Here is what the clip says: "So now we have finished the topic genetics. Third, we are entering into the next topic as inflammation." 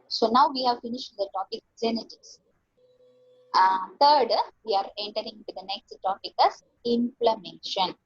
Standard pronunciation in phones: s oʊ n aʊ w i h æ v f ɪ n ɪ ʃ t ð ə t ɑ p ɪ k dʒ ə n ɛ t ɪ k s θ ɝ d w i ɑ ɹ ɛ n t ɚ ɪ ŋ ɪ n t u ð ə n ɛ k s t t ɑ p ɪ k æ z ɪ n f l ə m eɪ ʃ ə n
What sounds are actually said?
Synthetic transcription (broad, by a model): s oʊ n aʊ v i h æ v f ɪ n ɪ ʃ t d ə t ɑ p ɪ k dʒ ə n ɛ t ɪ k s t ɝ d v i ɑ ɹ ɛ n t ɚ ɪ ŋ ɪ n t u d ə n ɛ k s t t ɑ p ɪ k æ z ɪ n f l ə m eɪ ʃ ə n